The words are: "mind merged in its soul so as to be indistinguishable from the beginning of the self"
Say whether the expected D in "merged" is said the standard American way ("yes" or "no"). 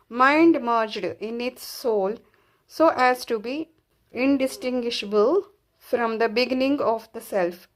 yes